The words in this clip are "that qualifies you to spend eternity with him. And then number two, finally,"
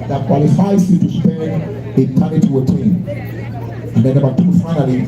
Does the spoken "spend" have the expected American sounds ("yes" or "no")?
no